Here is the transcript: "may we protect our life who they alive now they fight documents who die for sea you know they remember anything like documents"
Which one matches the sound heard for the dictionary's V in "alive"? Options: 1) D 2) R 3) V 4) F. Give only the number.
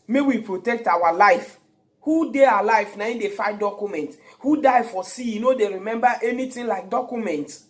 4